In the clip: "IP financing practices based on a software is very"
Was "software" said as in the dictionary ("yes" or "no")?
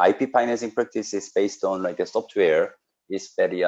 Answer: no